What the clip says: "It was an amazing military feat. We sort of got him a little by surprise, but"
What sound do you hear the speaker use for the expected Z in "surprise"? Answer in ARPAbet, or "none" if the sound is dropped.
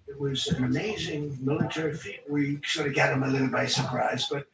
Z